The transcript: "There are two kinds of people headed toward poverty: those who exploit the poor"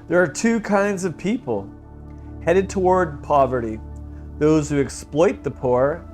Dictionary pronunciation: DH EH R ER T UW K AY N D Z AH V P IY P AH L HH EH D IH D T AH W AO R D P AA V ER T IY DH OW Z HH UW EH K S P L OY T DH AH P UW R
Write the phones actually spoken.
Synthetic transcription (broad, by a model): DH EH R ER T UW K AY N D Z AH V P IY P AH L HH EH D IH D T AH W AO R D P AA V ER T IY DH OW Z HH UW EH K S P L OY T DH AH P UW R